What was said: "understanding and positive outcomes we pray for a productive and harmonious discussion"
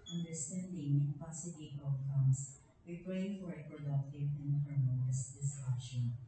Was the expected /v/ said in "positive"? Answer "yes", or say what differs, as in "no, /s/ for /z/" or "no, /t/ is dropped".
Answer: no, /v/ is dropped